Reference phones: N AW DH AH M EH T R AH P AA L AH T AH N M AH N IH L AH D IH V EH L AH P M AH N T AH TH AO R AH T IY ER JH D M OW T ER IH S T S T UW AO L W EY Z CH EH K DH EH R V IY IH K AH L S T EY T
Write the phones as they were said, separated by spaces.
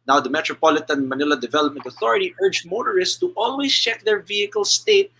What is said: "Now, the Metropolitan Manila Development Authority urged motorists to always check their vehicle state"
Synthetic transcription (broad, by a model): N AW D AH M EH T R AH P AA L AH T AH N M AH N IH L AH D IH V EH L AH P M AH N T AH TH AO R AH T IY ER JH M OW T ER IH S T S T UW AO L W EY S CH EH K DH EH R V IY IH K AH L S T EY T